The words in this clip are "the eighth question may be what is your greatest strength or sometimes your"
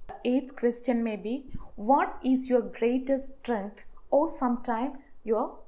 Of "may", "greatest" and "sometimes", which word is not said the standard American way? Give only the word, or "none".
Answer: sometimes